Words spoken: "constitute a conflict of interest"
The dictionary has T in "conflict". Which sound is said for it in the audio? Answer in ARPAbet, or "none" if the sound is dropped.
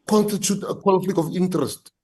none